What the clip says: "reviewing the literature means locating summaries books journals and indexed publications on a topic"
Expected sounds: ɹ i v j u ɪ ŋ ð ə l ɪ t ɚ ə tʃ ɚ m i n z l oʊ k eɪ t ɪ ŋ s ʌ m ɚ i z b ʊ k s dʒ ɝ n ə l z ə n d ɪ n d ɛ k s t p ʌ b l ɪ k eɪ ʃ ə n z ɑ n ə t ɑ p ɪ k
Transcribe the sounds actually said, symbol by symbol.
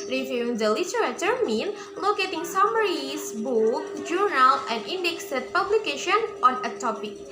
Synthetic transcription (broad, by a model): ɹ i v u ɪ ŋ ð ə l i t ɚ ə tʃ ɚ m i n l oʊ k eɪ t ɪ ŋ s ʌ m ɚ i s b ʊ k dʒ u n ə l ə n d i n d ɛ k s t p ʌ b l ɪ k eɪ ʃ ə n ɑ n ə t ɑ p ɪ k